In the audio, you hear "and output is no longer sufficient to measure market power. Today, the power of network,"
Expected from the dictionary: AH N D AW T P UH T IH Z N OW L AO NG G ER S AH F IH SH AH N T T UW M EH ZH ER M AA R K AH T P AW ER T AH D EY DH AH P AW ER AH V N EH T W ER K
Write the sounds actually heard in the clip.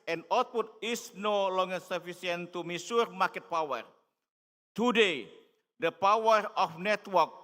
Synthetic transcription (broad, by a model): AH N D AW T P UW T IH S N OW L AO NG G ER S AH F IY S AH N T T UW M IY S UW M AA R K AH T P AW ER T AH D EY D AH P AW ER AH F N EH T W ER K